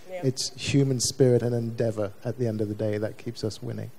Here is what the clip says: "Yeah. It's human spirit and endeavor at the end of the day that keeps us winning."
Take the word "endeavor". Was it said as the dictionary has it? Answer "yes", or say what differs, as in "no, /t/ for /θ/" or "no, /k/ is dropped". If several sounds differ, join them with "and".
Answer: yes